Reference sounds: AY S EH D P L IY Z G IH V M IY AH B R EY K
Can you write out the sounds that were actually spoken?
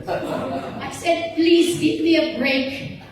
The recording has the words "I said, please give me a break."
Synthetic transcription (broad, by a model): AY S EH D P L IY Z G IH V M IY AH B R EY K